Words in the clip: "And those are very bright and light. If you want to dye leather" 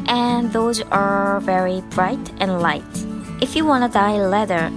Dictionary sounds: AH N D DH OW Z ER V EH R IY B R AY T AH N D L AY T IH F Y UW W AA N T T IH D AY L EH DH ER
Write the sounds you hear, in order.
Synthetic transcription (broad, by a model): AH N DH OW Z ER V EH R IY B R AY T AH N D L AY T IH F Y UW W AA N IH D AY L EH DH ER